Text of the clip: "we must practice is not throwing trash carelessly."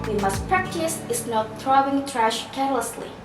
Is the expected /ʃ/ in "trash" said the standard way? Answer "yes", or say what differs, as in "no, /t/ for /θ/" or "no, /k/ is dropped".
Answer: yes